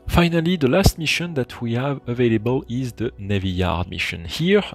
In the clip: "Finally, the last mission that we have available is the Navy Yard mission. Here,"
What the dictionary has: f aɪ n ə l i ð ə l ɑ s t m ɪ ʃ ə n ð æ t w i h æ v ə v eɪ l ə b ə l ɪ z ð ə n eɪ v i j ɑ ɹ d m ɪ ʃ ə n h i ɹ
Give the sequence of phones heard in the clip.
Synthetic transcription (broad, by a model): f aɪ n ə l i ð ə l ɑ s t m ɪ ʃ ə n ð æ t w i h æ v ə v eɪ l ə b ə l ɪ z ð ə n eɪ v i j ɑ ɹ d m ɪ ʃ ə n h i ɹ